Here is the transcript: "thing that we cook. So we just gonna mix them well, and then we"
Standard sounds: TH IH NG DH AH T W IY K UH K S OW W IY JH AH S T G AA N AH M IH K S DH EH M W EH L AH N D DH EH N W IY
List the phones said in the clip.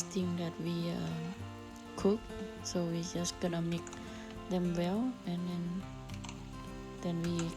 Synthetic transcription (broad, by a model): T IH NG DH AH T W IY K UH K S OW W IY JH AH S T G AA N AH M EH K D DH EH M W EH L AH N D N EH N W IY